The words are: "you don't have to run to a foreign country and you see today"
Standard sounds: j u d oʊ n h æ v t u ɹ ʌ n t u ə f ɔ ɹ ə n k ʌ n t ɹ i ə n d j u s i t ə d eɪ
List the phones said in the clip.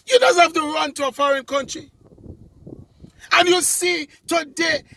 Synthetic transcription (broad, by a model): j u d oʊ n h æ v t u ɹ ʌ n t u ə f ɔ ɹ ə n k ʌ n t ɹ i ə n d j u s i t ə d eɪ